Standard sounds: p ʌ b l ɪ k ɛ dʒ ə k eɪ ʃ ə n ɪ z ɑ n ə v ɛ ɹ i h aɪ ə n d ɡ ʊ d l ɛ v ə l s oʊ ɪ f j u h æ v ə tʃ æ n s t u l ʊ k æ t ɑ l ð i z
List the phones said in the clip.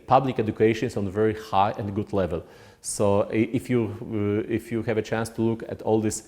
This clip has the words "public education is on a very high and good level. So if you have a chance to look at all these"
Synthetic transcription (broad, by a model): p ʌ b l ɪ k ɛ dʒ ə k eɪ ʃ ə n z ɑ n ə v ɛ ɹ i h aɪ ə n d ɡ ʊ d l ɛ v ə l s oʊ ɪ f j u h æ v ə tʃ æ n s t u l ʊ k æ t ɑ l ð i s